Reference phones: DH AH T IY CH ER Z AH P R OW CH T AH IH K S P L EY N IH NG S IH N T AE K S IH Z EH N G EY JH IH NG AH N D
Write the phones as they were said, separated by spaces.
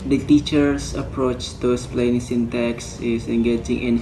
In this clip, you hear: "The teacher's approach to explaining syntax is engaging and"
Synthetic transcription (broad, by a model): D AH T IY CH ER S AH P R OW CH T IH S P L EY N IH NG S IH N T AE K S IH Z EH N G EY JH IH NG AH N